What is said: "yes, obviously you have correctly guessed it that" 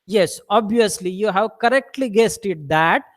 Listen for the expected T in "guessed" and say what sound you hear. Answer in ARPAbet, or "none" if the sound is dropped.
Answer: T